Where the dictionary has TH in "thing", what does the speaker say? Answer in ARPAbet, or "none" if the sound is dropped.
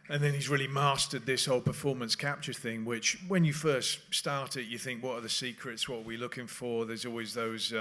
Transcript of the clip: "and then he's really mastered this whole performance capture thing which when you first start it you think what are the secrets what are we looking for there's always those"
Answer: TH